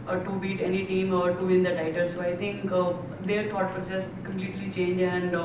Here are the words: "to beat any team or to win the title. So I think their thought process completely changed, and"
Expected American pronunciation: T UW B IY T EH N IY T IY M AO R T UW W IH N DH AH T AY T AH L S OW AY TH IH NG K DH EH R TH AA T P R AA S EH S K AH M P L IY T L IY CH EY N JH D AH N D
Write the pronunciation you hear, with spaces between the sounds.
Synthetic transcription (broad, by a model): T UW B IY T EH N IY T IY M AO R T UW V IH N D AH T AY T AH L S OW AY T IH NG K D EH R T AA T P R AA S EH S K AH M P L IY T L IY CH EY N JH AH N D